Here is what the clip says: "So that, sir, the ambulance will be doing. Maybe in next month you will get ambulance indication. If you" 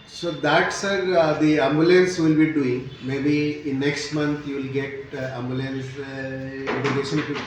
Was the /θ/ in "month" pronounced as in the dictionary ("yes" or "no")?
no